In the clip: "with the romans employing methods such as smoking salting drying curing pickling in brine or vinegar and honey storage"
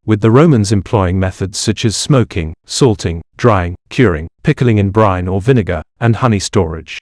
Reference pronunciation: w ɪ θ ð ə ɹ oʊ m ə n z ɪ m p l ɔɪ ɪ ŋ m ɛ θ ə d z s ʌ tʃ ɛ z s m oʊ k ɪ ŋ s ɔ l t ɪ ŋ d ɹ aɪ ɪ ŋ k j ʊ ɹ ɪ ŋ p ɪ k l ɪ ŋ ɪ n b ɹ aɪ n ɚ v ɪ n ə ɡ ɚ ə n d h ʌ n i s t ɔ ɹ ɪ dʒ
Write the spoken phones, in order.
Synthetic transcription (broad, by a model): w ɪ ð ə ɹ oʊ m ə n z ɪ m p l ɔɪ ɪ ŋ m ɛ θ ə d z s ʌ tʃ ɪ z s m oʊ k ɪ ŋ s ɔ l t ɪ ŋ d ɹ aɪ ɪ ŋ k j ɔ ɹ ɪ ŋ p ɪ k l ɪ ŋ ɪ n b ɹ aɪ n ɚ v ɪ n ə ɡ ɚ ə n h ʌ n i s t ɔ ɹ ɪ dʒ